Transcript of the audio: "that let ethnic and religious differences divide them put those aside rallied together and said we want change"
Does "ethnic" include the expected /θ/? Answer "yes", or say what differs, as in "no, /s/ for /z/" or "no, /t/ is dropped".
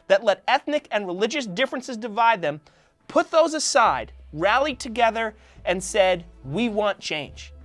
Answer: yes